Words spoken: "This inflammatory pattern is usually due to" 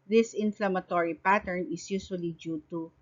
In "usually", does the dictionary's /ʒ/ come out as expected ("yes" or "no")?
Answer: no